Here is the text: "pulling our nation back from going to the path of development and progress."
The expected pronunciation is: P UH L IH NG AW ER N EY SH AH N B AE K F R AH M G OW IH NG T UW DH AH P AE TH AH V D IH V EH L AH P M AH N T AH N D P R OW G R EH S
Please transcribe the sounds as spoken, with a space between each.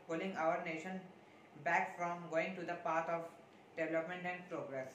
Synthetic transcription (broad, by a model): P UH L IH NG AW ER N EY SH AH N B AE K F R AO M G OW IH NG T UW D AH P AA T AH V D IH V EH L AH P M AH N T AH N D P R OW G R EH S